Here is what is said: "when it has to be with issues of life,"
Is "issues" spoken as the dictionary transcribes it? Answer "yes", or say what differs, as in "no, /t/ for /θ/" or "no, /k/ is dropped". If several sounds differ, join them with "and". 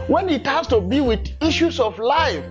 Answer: no, /s/ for /z/